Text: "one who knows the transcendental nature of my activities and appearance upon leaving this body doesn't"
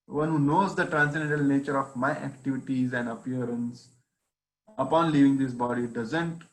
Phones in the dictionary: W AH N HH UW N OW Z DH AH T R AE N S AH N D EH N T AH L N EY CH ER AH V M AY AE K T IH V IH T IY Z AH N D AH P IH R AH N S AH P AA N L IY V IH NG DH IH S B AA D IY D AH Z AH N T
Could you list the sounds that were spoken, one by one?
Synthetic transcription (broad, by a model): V AH N HH UW N OW Z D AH T R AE N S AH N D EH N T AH L N EY CH ER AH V M AY AE K T IH V IH T IY Z AH N D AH P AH R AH N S AH P AA N L IY V IH NG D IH S B AA D IY D AH Z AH N T